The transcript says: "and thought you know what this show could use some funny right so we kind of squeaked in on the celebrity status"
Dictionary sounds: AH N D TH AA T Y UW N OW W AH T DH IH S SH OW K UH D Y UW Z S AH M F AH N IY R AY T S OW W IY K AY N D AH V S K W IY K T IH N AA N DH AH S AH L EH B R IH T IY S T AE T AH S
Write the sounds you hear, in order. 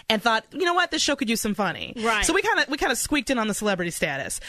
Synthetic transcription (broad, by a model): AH N TH AA T Y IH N OW W AH T DH IH S SH OW K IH D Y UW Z S AH M F AH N IY W AY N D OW W IY K AY N D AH S K W IY K T IH N N DH AH S AH L EH B R IH T IY S T AE T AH S